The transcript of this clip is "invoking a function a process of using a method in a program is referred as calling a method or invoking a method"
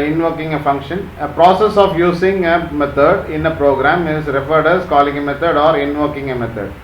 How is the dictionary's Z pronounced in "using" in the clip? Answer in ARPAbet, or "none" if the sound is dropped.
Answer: S